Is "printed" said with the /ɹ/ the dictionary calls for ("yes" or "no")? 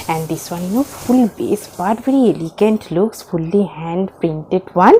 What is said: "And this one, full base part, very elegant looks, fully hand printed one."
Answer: yes